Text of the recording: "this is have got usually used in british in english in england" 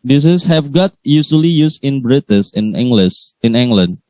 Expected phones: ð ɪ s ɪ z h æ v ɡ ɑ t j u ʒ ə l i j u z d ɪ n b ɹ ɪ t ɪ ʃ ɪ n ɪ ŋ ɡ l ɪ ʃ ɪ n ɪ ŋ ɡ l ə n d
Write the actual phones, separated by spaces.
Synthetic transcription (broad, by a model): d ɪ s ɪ s h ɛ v ɡ ɑ t j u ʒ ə l i j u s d ɪ n b ɹ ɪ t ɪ s ɪ n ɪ ŋ ɡ l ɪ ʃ ɪ n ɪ ŋ ɡ l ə n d